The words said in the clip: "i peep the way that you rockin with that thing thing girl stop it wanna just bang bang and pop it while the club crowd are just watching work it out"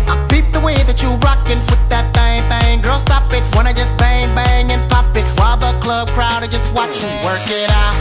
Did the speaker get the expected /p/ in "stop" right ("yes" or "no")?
yes